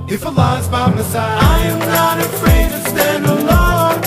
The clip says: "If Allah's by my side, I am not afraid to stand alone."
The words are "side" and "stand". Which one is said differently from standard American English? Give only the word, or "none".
side